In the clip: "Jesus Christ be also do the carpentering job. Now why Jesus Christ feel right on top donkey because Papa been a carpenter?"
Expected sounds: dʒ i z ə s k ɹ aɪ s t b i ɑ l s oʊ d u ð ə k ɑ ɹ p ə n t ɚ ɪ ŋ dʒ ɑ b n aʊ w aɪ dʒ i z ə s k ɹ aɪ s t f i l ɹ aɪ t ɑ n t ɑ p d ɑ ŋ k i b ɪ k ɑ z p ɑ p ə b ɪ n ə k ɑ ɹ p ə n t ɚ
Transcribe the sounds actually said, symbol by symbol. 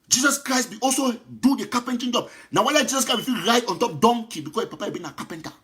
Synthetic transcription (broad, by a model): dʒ i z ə s k ɹ aɪ s t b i ɑ l s oʊ d u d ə k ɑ p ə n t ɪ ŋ dʒ ɑ b n aʊ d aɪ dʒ i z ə s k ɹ aɪ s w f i ɹ aɪ t ɑ n t ɑ p d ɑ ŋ k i b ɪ k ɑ s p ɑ p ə b ɪ n ə k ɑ p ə n t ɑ